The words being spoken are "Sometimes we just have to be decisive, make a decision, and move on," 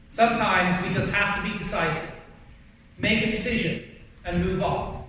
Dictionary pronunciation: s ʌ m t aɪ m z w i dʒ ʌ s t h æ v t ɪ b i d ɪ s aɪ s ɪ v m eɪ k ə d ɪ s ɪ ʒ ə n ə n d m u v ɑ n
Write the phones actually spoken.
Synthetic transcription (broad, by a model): s ʌ m t aɪ m z w i dʒ ʌ s t h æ f t ɪ b i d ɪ s aɪ s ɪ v m eɪ k ə d ɪ s ɪ ʒ ə n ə n m u v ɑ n